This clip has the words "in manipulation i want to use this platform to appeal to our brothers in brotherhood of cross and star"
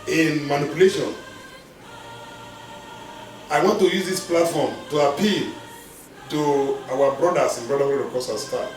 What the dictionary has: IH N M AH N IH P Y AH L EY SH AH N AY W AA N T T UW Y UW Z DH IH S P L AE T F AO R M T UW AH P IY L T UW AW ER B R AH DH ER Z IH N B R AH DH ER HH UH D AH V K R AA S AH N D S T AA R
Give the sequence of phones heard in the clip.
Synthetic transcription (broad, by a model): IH N M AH N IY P Y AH L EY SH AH N AY W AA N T T UW Y UW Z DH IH S P L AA T F AO M T UW AH P IY L T UW AW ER B R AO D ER S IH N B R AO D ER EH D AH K AA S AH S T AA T